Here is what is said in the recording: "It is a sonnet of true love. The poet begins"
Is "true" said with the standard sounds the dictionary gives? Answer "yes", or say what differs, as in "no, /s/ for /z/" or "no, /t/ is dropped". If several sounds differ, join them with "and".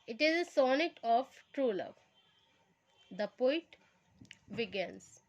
yes